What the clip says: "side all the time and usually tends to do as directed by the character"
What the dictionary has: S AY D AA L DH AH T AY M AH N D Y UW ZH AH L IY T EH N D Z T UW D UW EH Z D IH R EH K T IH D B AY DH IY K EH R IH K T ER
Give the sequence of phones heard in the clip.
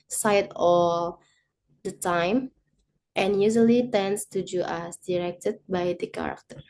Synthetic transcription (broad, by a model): S AY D AA L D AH T AY M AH N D Y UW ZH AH L IY T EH N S T UW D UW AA S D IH R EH K T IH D B AY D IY K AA R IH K T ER